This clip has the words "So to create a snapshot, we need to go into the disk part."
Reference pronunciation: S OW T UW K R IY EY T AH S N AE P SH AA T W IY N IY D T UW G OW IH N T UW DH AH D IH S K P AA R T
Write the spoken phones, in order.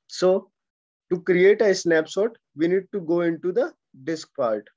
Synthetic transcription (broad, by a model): S OW T UW K R IY EY T AH S N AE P S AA T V IY N IY D T UW G OW IH N T UW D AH D IH S K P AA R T